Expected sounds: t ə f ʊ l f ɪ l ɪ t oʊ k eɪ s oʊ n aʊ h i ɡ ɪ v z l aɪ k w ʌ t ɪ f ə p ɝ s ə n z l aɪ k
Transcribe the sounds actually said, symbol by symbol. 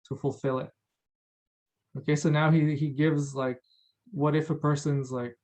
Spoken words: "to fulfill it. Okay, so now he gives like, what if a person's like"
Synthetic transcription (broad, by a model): t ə f ʊ l f ɪ l ɪ t oʊ k eɪ s oʊ n aʊ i i ɡ ɪ v z l aɪ k w ʌ t ɪ f ə p ɝ s ə n z l aɪ k